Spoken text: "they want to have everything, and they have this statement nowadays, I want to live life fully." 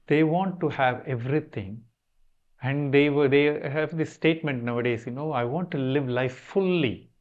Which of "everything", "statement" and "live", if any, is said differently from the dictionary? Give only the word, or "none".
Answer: everything